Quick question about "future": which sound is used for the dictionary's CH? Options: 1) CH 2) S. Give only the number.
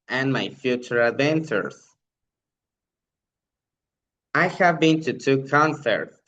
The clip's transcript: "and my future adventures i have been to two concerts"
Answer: 1